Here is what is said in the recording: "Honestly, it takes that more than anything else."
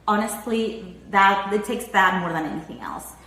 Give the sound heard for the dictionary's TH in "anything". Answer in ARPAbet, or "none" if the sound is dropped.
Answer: TH